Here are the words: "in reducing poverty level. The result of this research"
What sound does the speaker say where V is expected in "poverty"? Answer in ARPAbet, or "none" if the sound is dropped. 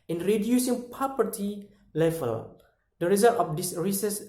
P